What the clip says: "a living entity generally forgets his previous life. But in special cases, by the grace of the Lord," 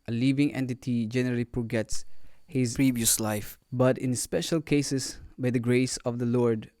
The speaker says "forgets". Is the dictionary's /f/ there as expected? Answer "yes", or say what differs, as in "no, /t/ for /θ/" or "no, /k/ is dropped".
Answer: no, /p/ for /f/